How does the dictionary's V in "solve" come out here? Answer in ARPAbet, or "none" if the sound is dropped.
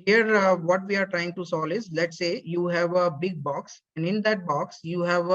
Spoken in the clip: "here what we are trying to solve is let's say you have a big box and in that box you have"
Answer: none